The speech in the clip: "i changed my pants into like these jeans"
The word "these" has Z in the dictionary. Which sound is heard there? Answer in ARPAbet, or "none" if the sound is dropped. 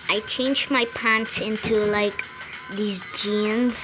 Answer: Z